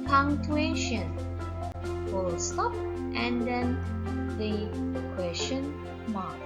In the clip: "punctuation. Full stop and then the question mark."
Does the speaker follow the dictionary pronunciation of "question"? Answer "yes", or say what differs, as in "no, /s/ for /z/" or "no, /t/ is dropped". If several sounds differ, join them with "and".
no, /ʃ/ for /tʃ/